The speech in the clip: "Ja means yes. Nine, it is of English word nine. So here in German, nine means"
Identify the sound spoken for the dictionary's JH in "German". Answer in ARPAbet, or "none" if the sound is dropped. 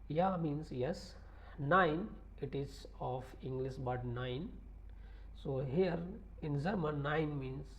Z